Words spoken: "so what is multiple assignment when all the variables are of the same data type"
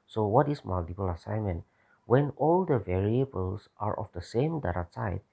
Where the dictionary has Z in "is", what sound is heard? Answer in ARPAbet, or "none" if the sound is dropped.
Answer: S